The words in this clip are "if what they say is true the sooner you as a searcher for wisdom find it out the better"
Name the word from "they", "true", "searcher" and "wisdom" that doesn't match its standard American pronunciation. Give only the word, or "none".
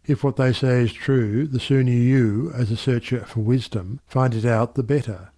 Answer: none